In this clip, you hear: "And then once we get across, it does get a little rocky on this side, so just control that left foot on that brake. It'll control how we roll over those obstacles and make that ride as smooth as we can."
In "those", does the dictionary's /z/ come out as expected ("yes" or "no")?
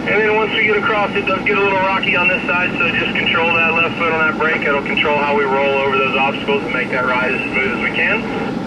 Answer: yes